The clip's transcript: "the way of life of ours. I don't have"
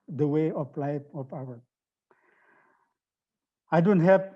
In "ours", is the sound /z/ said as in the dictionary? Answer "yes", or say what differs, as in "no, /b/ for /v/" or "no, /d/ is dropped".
no, /z/ is dropped